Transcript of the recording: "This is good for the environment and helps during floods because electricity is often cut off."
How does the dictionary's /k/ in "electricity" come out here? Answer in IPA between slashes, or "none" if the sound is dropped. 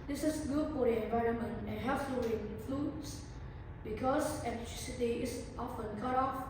none